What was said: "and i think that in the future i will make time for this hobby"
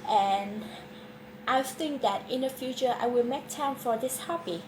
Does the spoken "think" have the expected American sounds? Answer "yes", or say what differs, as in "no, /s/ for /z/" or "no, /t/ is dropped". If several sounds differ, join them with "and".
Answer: yes